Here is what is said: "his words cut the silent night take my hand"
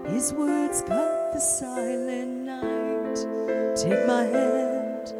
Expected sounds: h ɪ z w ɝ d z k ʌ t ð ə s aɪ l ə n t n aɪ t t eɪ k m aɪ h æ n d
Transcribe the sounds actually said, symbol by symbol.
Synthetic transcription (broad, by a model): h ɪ z w ɝ d z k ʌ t ð ə s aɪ n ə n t n aɪ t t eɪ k m aɪ h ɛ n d